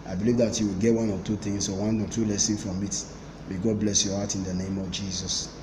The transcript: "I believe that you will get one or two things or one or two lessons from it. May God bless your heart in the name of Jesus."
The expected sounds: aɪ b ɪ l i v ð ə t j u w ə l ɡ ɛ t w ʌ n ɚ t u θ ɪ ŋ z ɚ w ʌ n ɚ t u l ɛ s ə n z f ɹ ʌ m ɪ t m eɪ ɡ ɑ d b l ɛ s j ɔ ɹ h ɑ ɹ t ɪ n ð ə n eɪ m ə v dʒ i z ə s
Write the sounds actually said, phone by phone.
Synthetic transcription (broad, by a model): aɪ b ɪ l i v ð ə t j u w ə l ɡ ɛ t w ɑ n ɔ t u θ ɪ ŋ s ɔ w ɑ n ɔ t u l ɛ s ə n f ɹ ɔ m ɪ t m eɪ ɡ ɑ d b l ɛ s j ɔ h ɑ t ɪ n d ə n eɪ m ə v dʒ i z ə s